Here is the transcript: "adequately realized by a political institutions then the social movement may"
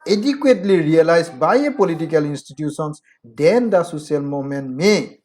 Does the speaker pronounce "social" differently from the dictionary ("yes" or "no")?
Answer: yes